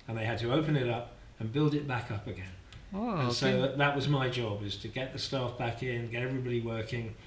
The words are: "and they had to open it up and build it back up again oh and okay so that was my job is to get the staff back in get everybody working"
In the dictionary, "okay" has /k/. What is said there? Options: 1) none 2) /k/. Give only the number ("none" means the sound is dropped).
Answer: 1